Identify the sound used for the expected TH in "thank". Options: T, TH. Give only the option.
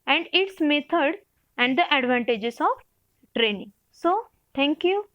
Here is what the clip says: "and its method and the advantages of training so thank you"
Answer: T